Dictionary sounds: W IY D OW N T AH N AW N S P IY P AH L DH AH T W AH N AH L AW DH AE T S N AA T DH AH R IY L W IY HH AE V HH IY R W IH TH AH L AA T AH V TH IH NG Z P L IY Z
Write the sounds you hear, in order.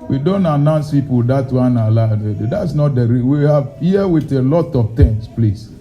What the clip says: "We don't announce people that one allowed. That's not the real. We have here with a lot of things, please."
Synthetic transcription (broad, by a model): W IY D OW N T AH N AW N S P IY P AH L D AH T W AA N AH L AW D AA T S N AA T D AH R IY L W IY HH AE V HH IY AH W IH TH AH L AA T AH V T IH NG S P L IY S